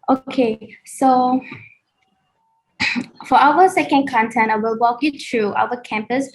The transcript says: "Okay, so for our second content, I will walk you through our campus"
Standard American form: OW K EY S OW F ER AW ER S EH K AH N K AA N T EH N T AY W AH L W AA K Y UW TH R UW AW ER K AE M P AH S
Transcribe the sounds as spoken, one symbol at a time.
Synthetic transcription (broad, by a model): OW K EY S OW F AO AW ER S EH K AH N K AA N T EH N AY W AH L W AA K Y UW T R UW AW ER K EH M P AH S